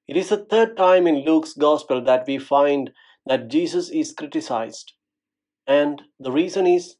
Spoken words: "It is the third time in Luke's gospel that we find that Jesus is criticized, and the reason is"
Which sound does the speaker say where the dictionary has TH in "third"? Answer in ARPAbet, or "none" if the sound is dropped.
T